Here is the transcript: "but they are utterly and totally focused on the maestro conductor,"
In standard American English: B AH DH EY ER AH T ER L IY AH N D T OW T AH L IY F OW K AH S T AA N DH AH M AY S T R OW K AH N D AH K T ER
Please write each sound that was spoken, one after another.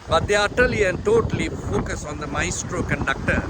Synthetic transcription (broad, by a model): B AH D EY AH T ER L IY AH N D T OW T AH L IY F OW K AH S AA N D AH M AY S T R OW K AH N D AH K T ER